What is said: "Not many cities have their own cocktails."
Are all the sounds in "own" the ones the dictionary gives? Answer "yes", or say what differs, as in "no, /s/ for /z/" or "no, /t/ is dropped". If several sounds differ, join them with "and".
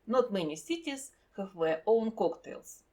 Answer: yes